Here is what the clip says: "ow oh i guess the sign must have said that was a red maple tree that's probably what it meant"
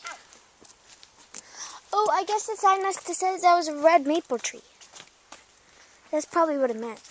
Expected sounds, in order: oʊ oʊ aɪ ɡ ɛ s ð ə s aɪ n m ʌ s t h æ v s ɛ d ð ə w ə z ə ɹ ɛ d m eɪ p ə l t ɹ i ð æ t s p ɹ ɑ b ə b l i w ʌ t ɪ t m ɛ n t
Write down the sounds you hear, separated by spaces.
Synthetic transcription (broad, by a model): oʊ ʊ aɪ ɡ ɛ s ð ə s aɪ n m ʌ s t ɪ s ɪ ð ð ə w ə z ə ɹ ɛ d m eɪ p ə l t ɹ i ð æ t s p ɹ ɑ b ə b l i w ʌ t ɪ t m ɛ n t